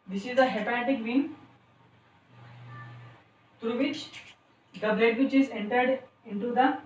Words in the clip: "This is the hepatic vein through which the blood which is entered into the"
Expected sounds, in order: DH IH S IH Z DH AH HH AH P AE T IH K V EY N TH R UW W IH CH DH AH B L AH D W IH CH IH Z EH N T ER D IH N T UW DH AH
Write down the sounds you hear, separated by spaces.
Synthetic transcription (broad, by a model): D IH S IH Z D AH HH AH P AE T IH K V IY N T R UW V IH CH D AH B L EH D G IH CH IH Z EH N T ER D IH N T UW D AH